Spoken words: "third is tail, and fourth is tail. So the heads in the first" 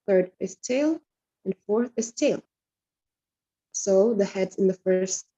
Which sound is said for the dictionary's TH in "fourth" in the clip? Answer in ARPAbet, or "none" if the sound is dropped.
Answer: TH